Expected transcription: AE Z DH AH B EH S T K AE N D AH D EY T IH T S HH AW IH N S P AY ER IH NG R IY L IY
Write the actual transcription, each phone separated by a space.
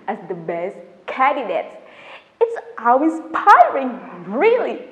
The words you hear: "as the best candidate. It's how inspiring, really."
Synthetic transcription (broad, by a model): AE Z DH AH B EH S T K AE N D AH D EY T IH T S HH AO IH S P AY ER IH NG R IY L IY